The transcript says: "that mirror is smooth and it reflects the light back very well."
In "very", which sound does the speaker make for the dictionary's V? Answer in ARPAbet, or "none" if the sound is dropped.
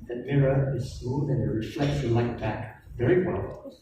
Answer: V